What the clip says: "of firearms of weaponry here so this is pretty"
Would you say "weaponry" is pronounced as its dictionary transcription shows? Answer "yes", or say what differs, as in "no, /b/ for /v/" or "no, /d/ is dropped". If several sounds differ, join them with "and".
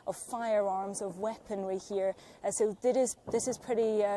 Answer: no, /w/ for /ɹ/